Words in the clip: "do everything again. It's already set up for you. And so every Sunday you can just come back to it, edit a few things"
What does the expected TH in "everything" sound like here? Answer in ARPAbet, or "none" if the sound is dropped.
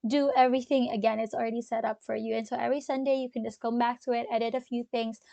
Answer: TH